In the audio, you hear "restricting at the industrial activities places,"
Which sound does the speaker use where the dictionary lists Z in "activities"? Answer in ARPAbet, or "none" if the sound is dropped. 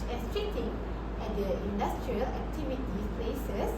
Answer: none